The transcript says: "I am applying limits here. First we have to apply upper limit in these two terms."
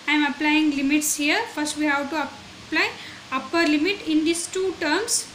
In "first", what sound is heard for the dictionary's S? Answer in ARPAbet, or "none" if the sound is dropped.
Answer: S